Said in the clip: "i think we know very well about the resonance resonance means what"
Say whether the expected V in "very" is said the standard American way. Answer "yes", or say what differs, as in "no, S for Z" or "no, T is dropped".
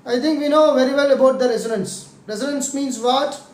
yes